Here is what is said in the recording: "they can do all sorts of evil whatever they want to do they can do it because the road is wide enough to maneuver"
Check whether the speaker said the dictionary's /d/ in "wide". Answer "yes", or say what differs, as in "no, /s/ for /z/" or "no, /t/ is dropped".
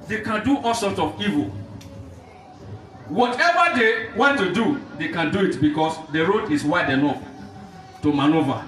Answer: yes